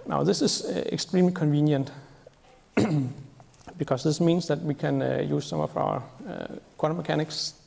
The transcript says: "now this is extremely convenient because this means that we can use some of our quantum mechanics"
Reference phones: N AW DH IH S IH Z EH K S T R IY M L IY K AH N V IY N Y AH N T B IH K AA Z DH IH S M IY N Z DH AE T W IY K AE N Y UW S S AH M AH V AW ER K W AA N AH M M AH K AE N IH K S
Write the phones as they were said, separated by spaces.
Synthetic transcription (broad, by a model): N AW DH IH S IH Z EH K S T R IY M L IY K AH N V IY N Y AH N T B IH K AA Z DH IH S M IY N S DH AE T W IY K AE N Y UW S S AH M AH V AW ER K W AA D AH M M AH K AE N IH K S